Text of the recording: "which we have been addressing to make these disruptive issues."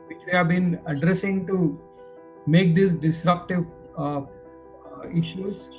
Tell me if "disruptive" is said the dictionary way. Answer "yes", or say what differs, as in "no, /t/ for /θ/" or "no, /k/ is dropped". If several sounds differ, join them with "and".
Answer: yes